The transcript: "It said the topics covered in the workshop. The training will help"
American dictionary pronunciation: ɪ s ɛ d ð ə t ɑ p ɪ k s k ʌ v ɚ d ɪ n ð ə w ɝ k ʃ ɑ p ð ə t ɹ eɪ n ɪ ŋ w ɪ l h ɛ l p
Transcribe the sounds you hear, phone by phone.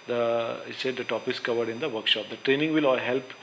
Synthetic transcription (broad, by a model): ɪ s ɛ d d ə t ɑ p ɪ s k ʌ v ɚ d ɪ n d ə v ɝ k ʃ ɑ p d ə t ɹ eɪ n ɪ ŋ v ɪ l h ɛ l p